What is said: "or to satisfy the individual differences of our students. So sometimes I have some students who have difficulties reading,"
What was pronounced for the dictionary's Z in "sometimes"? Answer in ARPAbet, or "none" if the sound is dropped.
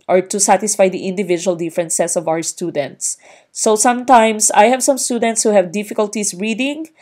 S